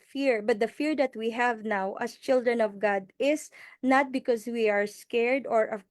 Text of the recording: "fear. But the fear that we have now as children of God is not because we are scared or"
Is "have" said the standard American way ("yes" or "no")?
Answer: yes